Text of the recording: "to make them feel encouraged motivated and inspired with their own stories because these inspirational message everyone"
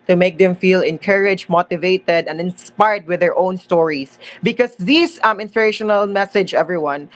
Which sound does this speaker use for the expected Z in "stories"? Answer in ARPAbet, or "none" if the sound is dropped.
S